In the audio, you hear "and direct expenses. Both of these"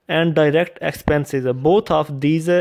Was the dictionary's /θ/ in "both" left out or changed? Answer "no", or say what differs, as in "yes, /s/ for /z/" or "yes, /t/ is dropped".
yes, /t/ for /θ/